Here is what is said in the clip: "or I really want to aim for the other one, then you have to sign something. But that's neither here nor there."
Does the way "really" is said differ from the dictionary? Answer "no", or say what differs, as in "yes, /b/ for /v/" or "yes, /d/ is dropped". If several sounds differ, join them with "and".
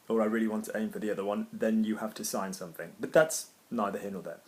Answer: no